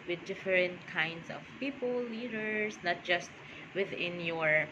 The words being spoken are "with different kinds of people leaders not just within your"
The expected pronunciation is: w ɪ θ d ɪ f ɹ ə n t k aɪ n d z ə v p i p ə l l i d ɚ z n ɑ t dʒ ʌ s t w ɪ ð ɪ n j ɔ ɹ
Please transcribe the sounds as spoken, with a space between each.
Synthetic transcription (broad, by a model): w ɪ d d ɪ f ɹ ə n t k aɪ n d s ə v p i p ə l l i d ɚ s n ɑ t dʒ ʌ s t w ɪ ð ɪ n j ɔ ɹ